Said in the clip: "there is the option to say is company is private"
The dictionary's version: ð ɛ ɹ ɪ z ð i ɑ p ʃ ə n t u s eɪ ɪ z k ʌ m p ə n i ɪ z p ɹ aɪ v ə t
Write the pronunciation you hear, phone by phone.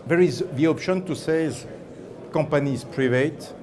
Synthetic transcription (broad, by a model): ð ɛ ɹ ɪ z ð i ɑ p ʃ ə n t u s eɪ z k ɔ p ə n i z p ɹ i v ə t